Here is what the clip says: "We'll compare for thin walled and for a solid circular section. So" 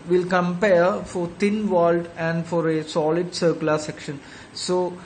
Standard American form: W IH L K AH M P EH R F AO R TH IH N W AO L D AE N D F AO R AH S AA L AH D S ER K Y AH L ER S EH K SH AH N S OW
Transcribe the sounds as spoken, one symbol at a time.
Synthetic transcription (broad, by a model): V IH L K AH M P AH R F AO R T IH N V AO L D AE N D F AO R AH S AA L AH D S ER K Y L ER S EH K SH AH N S OW